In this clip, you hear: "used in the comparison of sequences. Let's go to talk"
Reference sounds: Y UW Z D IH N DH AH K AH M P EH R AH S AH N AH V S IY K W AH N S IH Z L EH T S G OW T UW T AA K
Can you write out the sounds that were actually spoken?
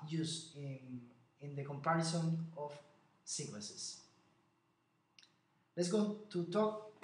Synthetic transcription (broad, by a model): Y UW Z IH N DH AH K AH M P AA R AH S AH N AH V S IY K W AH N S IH S L EH T S G OW T UW T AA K